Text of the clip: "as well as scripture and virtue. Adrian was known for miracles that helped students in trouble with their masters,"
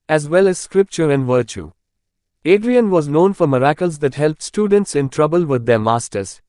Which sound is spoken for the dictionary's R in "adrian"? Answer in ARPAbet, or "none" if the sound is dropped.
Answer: R